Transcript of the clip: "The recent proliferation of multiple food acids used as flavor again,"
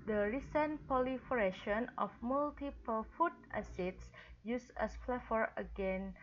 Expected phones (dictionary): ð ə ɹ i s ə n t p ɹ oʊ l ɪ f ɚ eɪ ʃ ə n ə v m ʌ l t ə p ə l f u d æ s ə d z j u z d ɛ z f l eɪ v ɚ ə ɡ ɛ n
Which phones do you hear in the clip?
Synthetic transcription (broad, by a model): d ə ɹ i s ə n p oʊ l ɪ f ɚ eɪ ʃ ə n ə f m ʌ l t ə p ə l f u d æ s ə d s j u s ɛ s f l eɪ f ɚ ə ɡ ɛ n